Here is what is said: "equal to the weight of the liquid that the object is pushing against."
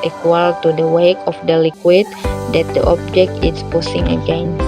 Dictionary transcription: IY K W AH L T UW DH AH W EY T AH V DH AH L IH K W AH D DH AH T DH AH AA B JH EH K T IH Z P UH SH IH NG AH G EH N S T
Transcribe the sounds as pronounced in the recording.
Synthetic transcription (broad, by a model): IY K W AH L T UW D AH W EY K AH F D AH L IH K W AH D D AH T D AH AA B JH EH K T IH S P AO S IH NG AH G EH N